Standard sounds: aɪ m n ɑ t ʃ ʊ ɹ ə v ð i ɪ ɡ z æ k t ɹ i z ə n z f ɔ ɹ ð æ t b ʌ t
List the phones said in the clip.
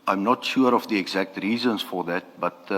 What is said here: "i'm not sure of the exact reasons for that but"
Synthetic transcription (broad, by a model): aɪ m n ɑ t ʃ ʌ ɹ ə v ð i ɪ ɡ z æ k t ɹ i z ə n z f ɔ ɹ ð æ t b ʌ t